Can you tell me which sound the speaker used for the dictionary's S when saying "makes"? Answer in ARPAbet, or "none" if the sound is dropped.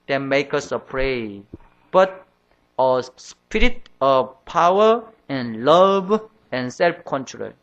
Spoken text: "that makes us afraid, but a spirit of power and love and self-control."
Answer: none